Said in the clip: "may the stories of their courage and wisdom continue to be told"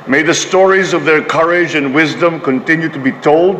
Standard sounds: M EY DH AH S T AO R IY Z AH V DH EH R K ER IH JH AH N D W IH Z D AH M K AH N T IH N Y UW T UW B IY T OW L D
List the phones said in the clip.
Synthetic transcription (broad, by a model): M EY DH AH S T AO R IY Z AH V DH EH R K ER IH JH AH N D W IH Z D AH M K AH N T IH N Y UW T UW B IY T OW L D